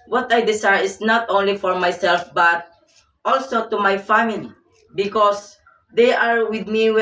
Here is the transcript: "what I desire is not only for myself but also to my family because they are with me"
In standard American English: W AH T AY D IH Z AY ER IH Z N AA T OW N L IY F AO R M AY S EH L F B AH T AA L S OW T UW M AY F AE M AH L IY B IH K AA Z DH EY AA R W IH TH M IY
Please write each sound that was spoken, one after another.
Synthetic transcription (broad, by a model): W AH T AY D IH S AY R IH S N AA T OW N L IY F AO R M AY S EH L F B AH T AA L S OW T UW M AY F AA M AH L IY B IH K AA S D EY AA R W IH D M IY